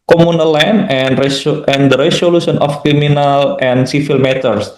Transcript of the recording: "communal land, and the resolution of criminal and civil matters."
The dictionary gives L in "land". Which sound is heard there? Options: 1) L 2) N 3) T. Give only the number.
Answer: 2